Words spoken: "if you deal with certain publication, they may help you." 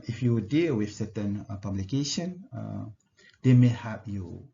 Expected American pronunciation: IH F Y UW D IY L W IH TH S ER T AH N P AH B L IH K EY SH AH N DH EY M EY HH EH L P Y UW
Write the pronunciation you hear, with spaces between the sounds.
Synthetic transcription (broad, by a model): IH F Y UW D IY L W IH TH S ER T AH N P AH B L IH K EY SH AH N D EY M EY HH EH P Y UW